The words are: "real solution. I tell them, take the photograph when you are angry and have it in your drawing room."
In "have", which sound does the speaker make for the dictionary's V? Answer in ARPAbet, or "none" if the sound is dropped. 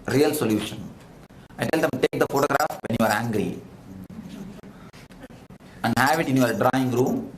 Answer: V